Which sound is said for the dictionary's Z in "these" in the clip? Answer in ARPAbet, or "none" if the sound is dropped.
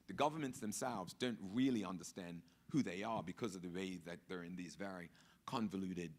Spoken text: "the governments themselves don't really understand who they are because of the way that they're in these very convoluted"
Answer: Z